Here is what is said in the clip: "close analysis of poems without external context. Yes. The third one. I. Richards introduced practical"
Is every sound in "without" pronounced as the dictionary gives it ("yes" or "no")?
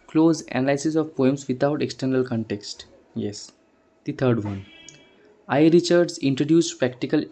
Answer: no